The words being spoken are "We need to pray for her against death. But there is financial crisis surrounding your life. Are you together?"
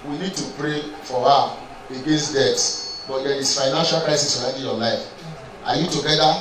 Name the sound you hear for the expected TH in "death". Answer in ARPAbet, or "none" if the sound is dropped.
S